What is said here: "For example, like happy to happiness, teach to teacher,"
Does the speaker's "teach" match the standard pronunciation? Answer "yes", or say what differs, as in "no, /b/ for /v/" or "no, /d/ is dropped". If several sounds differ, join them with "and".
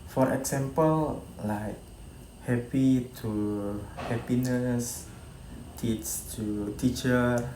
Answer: no, /s/ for /tʃ/